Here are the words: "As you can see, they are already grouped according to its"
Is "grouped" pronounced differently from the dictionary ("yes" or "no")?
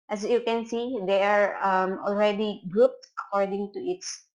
no